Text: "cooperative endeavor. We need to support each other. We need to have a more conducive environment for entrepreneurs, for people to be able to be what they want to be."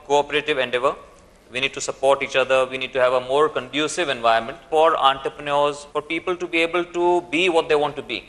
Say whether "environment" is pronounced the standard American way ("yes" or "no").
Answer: no